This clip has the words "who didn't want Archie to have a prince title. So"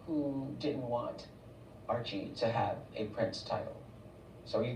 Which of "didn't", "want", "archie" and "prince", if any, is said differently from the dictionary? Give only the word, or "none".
none